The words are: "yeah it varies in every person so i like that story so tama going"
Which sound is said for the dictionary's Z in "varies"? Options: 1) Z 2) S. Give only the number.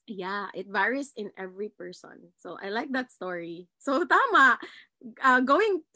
2